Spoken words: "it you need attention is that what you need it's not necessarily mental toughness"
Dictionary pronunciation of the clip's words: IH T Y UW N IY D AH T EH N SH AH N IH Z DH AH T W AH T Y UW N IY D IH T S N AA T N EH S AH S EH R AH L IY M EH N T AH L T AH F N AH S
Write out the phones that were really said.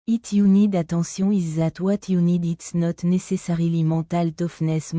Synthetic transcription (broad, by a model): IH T Y UW N IY D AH T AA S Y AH IH Z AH T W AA T Y UW N IY D IH T S N AA T N EH S AH S EH R AH L IY M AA T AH L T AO F N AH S